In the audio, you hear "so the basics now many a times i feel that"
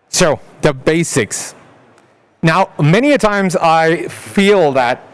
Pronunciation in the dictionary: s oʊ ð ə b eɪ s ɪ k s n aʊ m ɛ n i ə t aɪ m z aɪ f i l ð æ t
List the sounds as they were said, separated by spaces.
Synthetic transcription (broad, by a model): s oʊ ð ə b eɪ s ɪ k s n aʊ m ɛ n i ə t aɪ m z aɪ f i l ð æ t